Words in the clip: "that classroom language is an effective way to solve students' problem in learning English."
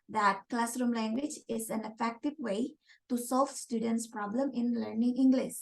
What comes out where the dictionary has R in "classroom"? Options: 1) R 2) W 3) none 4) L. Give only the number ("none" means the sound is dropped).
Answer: 1